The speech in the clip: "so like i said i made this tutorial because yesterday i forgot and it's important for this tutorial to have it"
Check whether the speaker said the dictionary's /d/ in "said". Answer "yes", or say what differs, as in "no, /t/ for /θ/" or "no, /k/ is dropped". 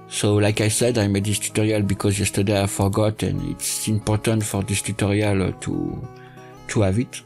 yes